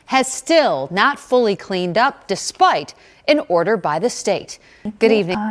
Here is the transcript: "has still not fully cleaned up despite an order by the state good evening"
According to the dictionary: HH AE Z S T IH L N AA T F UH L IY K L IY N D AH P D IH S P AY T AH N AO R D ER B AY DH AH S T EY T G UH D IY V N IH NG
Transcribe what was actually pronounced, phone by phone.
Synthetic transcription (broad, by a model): HH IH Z S T IH L N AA T F UH L IY K L IY N D AH P D IH S P AY T AH N AO R D ER B AY DH AH S T EY T G UH D IY V N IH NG